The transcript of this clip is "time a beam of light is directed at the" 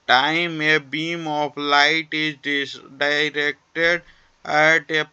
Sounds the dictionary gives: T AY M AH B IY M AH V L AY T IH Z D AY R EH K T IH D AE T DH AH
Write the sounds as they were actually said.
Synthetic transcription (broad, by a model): T AY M AH B IY M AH P L AY T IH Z D AY R EH K T IH D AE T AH